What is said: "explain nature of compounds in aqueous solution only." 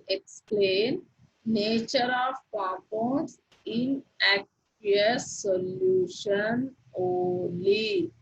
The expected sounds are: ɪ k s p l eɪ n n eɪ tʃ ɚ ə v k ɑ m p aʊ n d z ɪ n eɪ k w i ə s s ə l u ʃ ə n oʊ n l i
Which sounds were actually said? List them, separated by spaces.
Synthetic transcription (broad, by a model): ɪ k s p l eɪ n n eɪ tʃ ɚ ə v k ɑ p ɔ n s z ɪ n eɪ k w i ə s s ə l u ʃ ə n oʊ l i